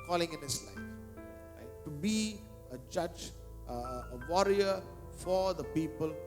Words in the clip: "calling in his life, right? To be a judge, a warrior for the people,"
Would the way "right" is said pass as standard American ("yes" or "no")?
no